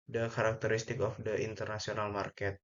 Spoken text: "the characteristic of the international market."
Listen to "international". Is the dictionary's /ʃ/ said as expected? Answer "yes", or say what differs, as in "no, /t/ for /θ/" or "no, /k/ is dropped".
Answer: no, /s/ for /ʃ/